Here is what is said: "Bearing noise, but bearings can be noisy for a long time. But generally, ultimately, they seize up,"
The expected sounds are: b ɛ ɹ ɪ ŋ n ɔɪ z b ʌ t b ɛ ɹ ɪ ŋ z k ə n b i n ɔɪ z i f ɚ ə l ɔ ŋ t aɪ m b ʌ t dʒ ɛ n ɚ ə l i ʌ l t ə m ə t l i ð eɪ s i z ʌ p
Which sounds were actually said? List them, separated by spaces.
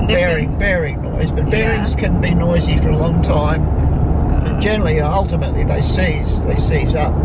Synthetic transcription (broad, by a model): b ɛ ɹ ɪ ŋ n ɔɪ z b ʌ t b ɛ ɹ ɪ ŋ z k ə n b i n ɔɪ z i f ɚ ə l ɔ ŋ t aɪ m b ʌ t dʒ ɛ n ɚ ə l i ʌ l t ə m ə t l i ð eɪ s i z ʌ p